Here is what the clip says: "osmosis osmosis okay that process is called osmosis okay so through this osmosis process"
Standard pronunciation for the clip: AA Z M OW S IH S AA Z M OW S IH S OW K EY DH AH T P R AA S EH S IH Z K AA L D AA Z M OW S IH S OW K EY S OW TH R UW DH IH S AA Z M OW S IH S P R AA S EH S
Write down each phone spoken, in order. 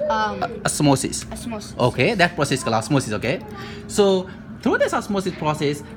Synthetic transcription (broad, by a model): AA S M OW S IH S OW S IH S OW K EY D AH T P R AA S EH S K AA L AA S M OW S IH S OW K EY S OW T R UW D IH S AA S M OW S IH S P R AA S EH S